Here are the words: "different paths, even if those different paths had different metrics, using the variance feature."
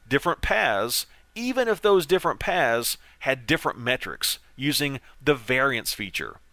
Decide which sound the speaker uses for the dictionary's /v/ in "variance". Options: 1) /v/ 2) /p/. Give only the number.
1